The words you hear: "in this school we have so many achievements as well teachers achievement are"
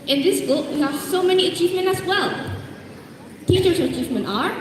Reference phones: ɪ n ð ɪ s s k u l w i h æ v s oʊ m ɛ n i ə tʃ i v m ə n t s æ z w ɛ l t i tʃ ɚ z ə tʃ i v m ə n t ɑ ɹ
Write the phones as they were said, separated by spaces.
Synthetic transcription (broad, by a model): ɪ n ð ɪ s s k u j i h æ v s oʊ m ɛ n i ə tʃ i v m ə n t æ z w ɛ l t i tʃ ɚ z ə tʃ i v m ə n t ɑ ɹ